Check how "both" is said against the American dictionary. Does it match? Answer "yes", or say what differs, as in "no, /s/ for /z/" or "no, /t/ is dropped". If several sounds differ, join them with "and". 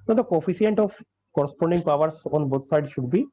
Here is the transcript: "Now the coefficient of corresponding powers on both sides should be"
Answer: no, /t/ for /θ/